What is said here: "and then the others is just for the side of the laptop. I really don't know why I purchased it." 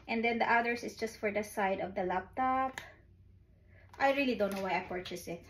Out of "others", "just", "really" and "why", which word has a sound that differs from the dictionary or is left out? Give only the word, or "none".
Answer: others